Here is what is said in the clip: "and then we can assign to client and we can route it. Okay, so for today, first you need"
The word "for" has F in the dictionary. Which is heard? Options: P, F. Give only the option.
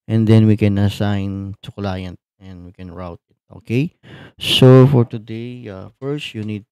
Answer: F